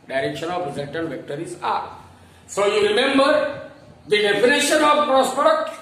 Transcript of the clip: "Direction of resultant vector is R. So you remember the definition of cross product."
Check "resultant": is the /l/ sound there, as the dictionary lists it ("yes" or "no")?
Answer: no